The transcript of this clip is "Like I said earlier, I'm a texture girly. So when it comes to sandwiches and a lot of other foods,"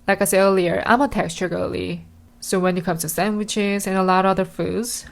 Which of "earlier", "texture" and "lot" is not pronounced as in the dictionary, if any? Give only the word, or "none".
none